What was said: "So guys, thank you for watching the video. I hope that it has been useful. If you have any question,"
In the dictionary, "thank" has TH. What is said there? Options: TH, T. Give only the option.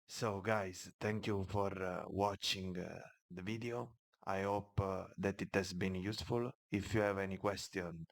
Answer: T